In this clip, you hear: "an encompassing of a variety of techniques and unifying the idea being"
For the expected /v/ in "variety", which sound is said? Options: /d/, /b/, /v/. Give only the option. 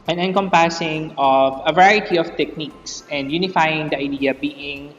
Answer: /v/